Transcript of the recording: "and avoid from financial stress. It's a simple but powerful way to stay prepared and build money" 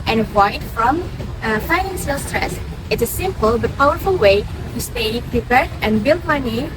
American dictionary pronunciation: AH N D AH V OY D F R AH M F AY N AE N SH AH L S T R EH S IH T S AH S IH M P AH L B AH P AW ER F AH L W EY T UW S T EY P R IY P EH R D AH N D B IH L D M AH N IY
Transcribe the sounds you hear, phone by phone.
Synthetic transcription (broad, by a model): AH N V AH IH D F R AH M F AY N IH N S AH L S T R EH S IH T AH S IH M P AH L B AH P AW ER F AH L W EY T UW S T EY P R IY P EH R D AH N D B IH L D M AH N IY